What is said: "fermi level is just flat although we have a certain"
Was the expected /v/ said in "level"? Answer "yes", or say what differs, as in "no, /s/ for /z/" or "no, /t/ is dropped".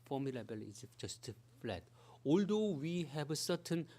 no, /b/ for /v/